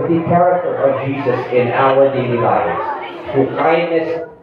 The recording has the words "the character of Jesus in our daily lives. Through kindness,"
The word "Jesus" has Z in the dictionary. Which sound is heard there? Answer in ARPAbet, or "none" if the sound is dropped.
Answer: Z